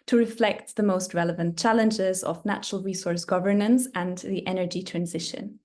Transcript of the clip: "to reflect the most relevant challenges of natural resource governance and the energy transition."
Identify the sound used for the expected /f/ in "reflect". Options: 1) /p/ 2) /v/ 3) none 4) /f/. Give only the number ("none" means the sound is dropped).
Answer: 4